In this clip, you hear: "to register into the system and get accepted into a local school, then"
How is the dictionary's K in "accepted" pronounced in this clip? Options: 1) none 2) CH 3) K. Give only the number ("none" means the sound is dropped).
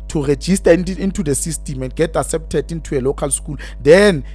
1